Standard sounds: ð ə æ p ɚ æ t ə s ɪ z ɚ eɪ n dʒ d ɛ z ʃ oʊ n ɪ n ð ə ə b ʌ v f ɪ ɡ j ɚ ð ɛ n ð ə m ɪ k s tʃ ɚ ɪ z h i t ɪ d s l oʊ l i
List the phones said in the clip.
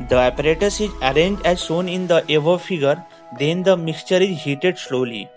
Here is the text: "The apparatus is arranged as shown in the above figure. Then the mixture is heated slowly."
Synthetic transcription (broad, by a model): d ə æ p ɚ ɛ t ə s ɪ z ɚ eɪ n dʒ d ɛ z s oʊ n ɪ n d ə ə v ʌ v f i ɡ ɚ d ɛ n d ə m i k s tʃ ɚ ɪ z h i t ɪ d s l oʊ l i